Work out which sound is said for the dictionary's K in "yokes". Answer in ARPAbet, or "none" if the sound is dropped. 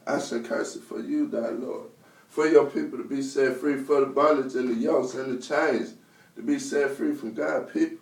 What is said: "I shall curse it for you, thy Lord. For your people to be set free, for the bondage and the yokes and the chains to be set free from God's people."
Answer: none